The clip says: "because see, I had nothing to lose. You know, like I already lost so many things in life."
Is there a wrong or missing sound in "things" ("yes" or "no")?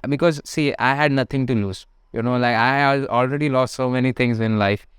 yes